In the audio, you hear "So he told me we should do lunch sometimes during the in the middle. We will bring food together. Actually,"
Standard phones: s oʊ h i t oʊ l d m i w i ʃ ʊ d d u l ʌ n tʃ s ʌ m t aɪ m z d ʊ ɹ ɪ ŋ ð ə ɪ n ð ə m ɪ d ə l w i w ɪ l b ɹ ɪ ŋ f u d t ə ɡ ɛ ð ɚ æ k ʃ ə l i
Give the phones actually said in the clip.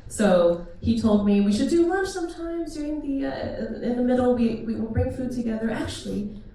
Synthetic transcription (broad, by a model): s oʊ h i t oʊ l d m i w i ʃ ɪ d d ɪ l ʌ tʃ s ʌ m t aɪ m z d ʊ ɹ ɪ ŋ ð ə ɪ n ð ə m ɪ d l w i w ɪ l b ɹ ɪ ŋ f u d t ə ɡ ɛ ð ɚ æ k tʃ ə l i